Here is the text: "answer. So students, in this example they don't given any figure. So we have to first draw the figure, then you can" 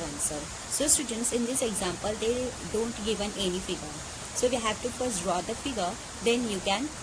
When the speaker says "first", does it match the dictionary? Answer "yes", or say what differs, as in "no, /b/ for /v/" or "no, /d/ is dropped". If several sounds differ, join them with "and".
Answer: no, /p/ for /f/